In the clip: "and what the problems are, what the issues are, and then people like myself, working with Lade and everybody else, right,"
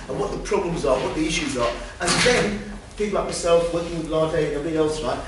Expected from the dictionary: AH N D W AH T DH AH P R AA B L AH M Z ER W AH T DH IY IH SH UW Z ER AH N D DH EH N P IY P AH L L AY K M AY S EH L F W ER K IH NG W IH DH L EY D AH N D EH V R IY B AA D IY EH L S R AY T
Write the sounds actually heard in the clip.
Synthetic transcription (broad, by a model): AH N W AH T DH AH P R AA B L AH M Z ER W AH T DH IY IH SH UW Z ER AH N DH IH N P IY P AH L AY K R S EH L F W ER K IH NG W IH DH L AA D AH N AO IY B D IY EH L S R AY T